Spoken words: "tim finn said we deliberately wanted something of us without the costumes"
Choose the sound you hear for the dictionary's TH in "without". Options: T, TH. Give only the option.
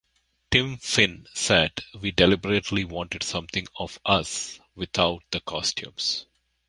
T